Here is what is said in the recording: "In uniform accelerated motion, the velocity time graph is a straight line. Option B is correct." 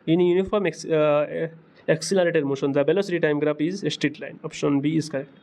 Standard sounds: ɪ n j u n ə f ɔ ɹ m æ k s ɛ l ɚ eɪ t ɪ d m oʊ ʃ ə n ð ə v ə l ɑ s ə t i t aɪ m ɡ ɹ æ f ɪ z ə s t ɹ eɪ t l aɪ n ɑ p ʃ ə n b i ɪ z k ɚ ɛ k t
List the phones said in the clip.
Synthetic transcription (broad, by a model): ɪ n j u n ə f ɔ ɹ m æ k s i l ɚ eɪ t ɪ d m oʊ ʃ ə n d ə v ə l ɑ s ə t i t aɪ m ɡ ɹ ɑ p ɪ z ə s t ɹ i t l aɪ n ɑ p ʃ ə n b i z k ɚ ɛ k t